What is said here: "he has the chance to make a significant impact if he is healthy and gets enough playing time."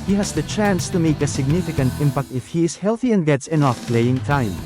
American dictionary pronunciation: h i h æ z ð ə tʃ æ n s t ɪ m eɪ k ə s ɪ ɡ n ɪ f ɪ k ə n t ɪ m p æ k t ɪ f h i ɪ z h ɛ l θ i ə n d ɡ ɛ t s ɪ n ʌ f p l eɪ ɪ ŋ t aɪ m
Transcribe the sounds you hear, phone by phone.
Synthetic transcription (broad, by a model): h i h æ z ð ə tʃ æ n s t ɪ m eɪ k ə s ɪ ɡ n ɪ f ɪ k ə n t ɪ m p æ k t ɪ f h i ɪ z h ɛ l θ i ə n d ɡ ɛ t s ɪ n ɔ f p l eɪ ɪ ŋ t aɪ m